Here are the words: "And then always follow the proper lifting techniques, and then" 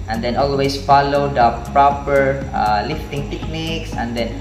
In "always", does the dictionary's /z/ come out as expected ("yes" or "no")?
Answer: no